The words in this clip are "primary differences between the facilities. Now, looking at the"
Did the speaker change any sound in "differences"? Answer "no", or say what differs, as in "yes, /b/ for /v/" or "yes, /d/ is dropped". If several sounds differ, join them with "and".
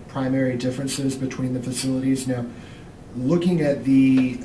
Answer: no